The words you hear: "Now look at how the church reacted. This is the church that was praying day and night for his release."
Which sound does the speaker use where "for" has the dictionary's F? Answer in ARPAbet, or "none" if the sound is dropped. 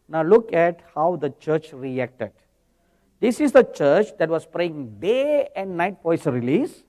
P